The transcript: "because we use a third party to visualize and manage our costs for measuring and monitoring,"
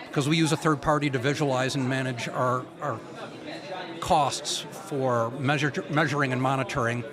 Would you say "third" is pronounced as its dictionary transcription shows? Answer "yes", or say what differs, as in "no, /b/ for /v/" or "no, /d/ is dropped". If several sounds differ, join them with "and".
yes